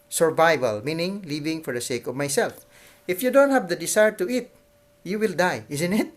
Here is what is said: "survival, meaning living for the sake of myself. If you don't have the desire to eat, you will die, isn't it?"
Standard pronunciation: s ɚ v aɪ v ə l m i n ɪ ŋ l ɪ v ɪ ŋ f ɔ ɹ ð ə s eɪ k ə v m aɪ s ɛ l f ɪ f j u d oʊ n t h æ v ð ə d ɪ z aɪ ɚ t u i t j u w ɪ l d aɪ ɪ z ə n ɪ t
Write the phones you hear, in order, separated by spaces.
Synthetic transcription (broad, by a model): s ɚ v aɪ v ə l m i n ɪ ŋ l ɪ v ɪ ŋ f ɔ ɹ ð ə s eɪ k ə v m aɪ s ɛ l f ɪ f j u d oʊ n t h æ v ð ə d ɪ s aɪ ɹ t u i t j u w ɪ l d aɪ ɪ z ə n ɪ t